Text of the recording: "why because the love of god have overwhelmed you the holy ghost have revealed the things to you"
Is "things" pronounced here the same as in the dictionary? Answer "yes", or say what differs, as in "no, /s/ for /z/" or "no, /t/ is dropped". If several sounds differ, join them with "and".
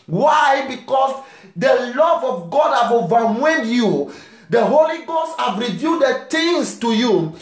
no, /t/ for /θ/